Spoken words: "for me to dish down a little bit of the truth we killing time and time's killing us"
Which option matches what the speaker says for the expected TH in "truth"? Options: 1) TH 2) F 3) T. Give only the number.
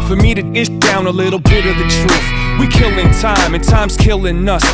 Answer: 2